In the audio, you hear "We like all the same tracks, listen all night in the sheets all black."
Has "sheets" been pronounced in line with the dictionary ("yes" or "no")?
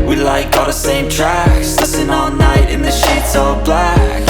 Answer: yes